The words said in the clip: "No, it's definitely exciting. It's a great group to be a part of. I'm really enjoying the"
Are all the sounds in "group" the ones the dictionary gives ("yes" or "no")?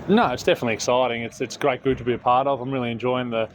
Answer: no